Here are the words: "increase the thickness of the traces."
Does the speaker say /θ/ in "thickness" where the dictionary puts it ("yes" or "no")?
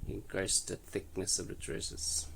yes